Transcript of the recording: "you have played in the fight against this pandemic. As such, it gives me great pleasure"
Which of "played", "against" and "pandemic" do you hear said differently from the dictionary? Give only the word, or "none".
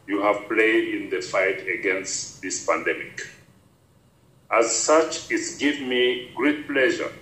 none